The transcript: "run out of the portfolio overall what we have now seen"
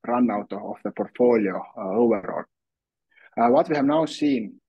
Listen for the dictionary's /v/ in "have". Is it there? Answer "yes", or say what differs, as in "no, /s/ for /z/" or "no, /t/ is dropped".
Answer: yes